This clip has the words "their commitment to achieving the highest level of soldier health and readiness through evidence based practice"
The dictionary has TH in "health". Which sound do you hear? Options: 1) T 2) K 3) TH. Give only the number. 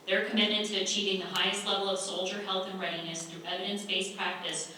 3